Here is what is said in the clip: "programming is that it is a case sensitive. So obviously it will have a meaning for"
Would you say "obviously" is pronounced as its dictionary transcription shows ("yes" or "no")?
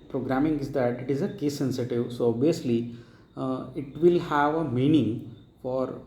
no